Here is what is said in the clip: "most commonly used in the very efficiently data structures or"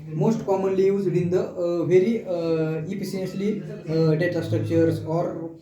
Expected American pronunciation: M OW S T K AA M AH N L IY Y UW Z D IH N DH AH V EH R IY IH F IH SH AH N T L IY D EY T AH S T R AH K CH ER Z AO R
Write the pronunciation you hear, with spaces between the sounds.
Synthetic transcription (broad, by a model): M OW S T K AA M AH N L IY Y UW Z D IH N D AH V EH R IY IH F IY S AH N S L IY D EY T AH S T R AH K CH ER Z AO R